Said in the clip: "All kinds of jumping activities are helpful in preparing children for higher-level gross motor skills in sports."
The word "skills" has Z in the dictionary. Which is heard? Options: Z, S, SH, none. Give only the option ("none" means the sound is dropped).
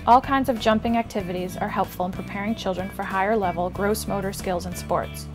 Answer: Z